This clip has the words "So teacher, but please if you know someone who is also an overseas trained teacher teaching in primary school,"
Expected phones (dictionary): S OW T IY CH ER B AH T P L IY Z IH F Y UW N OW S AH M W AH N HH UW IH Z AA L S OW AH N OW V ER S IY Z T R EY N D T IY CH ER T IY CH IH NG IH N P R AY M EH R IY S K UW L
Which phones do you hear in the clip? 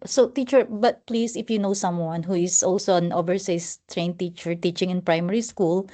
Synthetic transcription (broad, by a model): S OW T IY CH ER B AH T P L IY S IH F Y UW N OW S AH M W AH N HH UW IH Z AA L S OW AH N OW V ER S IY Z T R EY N T IY CH ER T IY CH IH NG IH N P R AY M EH R IY S K UW L